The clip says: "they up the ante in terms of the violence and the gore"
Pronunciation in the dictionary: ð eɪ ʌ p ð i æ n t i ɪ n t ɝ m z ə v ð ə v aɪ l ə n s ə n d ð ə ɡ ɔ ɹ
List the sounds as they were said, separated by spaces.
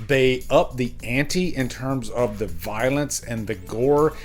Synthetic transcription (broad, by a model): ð eɪ ʌ p ð i æ n t i ɪ n t ɝ m z ə v ð ə v aɪ l ə n s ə n ð ə ɡ ɔ ɹ